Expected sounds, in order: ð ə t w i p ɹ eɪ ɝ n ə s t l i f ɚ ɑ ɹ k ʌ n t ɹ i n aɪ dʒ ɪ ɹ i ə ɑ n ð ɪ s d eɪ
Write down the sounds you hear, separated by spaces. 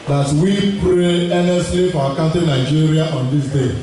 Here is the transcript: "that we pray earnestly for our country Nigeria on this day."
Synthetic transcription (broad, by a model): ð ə t w i p ɹ eɪ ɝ n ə s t l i f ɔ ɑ k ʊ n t i n aɪ dʒ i ɹ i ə ɑ n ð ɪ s d eɪ